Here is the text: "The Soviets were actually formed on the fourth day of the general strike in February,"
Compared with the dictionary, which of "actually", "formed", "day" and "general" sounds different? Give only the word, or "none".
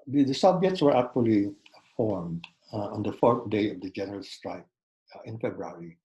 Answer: none